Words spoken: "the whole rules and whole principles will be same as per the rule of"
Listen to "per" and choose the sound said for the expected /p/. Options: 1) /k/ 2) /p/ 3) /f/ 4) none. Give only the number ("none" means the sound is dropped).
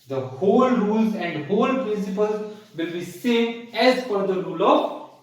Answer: 3